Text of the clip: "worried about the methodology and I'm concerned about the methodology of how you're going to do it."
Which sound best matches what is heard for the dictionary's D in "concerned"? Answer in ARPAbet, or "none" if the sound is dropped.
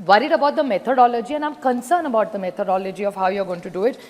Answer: none